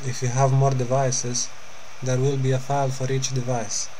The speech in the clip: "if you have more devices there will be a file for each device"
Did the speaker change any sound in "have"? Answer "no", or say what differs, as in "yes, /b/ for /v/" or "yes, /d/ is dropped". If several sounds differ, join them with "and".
no